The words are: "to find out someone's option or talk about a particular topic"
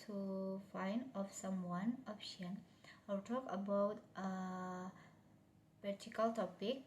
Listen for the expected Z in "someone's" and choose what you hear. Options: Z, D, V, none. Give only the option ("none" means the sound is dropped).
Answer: none